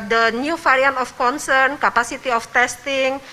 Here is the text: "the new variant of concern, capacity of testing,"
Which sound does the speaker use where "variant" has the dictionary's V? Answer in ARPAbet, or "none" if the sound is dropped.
F